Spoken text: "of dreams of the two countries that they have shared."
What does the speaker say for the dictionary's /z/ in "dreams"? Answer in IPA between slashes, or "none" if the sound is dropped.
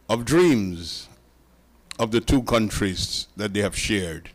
/z/